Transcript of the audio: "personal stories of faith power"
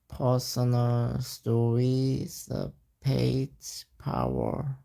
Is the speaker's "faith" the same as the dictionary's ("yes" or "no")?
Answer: no